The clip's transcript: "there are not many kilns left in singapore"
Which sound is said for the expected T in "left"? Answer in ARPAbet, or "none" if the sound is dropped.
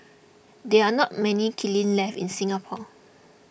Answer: none